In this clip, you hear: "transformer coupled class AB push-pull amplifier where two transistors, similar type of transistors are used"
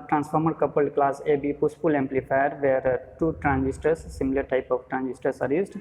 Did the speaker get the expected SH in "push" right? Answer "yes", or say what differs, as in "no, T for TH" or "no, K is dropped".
no, S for SH